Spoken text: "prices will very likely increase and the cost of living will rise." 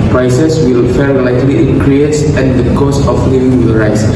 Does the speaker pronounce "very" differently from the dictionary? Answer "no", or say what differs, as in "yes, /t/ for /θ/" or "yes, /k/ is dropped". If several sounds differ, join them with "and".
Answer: yes, /f/ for /v/